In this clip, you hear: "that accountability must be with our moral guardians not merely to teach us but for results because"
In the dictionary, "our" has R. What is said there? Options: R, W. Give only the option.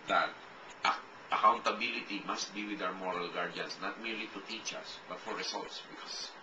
W